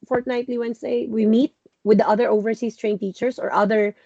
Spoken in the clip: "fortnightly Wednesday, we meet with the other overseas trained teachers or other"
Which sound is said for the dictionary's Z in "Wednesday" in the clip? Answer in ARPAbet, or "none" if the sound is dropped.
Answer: S